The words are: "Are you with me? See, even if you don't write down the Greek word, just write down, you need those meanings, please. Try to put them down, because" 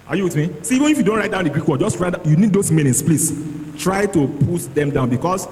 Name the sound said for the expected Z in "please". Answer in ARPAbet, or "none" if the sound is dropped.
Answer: S